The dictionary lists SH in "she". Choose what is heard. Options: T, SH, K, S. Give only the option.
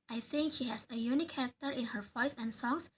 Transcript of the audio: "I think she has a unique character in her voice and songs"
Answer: SH